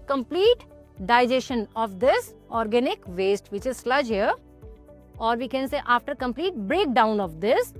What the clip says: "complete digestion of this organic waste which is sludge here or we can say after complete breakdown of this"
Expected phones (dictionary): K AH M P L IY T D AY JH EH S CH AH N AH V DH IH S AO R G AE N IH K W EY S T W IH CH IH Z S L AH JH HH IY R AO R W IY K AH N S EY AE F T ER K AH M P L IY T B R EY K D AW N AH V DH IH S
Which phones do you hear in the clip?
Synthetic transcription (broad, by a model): K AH M P L IY T D AY JH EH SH AH N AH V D IH S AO R G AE N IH K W EY S T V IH CH IH Z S L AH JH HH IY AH AO R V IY K AH N S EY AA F T ER K AH M P L IY T B R EY K D AW N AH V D IH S